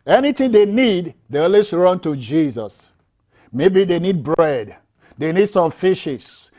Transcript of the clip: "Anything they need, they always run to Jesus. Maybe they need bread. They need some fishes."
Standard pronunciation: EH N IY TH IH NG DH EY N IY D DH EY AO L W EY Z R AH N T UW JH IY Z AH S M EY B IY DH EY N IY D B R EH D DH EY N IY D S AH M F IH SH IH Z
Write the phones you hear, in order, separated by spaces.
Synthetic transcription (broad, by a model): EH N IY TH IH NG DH EY N IY D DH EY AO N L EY S R AH N T UW JH IY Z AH S M EY B IY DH EY N IY D B R EH D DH EY N IY D S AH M F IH SH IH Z